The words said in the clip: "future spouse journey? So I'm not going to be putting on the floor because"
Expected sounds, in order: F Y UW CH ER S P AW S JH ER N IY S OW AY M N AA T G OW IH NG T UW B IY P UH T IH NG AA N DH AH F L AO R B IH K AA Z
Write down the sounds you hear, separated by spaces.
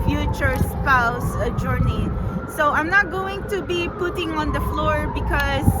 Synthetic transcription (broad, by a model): F Y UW CH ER S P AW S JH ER N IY S OW AY M N AA T G OW IH NG T UW B IY P UH T IH NG AA N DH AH F L AO R B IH K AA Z